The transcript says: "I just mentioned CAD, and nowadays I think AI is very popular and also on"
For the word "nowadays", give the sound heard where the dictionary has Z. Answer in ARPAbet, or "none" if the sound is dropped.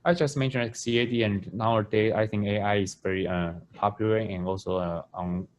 none